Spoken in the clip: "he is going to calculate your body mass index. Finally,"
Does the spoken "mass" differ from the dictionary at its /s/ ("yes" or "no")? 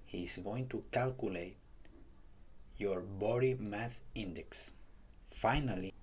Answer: yes